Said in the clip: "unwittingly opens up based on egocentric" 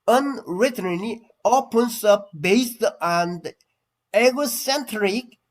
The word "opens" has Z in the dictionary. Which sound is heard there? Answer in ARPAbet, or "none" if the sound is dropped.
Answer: S